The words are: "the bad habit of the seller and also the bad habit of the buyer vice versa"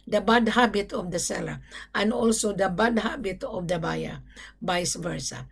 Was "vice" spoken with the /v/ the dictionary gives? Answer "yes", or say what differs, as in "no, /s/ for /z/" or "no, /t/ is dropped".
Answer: no, /b/ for /v/